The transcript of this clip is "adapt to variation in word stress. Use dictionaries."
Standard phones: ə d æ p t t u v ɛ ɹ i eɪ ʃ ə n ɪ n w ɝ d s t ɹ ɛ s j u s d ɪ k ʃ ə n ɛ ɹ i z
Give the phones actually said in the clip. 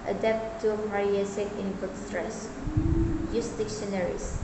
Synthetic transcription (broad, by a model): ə d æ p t t u p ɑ ɹ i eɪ s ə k ɪ n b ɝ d s t ɹ ɛ s j u s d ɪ k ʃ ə n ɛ ɹ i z